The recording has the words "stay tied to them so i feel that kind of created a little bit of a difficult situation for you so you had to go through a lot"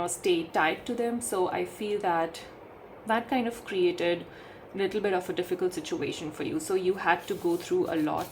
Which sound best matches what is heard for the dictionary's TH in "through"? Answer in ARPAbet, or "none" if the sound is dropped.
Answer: T